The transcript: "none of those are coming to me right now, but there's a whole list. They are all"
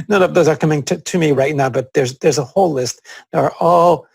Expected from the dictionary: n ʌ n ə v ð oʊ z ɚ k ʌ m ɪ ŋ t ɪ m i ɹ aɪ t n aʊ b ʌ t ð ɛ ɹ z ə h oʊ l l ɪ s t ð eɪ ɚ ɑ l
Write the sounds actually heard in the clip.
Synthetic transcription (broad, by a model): n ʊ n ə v ð oʊ z ɚ k ʌ m ɪ ŋ t ɪ m i ɹ aɪ t n aʊ b ʌ t ð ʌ ɹ z ə h oʊ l l ɪ s t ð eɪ ɚ ɑ l